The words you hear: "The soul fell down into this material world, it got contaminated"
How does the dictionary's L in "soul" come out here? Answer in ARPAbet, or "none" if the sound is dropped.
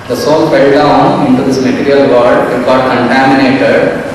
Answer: N